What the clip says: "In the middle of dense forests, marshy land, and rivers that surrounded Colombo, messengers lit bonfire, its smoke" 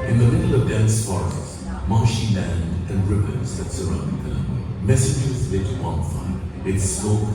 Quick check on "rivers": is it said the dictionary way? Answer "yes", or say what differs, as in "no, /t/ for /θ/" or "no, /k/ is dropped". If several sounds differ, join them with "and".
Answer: no, /p/ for /v/